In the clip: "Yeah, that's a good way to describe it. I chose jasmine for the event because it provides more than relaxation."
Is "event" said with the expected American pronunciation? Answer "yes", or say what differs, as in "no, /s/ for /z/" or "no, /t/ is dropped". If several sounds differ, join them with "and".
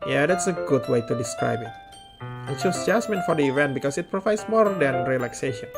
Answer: yes